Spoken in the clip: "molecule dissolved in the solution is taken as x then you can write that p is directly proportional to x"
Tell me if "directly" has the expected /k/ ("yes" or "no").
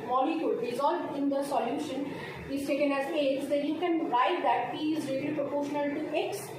no